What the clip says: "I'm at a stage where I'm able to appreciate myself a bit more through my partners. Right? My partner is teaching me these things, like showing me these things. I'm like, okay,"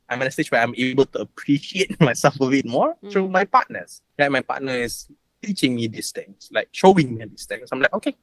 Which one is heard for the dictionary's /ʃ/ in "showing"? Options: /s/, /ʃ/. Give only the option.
/ʃ/